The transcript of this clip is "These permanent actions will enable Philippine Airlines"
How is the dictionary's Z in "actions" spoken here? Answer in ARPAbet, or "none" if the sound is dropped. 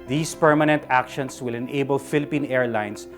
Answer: S